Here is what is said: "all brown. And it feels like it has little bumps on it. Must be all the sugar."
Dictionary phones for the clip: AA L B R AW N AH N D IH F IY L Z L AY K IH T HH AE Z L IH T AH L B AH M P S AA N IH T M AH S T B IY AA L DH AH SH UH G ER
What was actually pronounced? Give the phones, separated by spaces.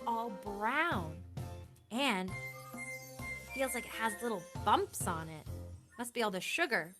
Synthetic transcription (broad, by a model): AA L B R AW N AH N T F IY L Z L AY K IH T HH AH Z L IH T L B AH M P S N IH T M AH S T B IY AA L DH AH SH UH G ER